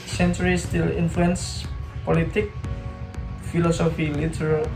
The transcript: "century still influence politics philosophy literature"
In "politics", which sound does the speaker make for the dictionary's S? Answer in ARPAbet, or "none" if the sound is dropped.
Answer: none